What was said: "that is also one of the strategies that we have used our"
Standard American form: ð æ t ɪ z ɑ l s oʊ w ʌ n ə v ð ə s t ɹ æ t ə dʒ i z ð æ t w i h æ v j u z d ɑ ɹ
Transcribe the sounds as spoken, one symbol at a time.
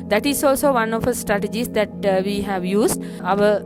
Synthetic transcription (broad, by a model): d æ t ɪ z ɑ l s oʊ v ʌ n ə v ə s t ɹ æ t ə dʒ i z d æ t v i h æ v j u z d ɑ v